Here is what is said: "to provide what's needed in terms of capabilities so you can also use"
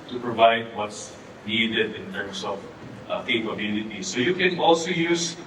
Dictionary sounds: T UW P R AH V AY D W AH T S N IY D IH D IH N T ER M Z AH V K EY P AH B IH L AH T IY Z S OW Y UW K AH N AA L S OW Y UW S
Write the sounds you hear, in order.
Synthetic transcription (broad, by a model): T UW P R AH V AY D W AH T S N IY D IH D IH N T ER M S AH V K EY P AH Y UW N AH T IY S OW Y UW K AH N AA L S OW Y UW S